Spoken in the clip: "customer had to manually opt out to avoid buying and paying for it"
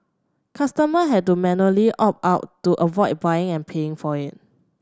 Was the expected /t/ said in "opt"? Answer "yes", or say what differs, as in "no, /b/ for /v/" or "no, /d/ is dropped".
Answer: no, /t/ is dropped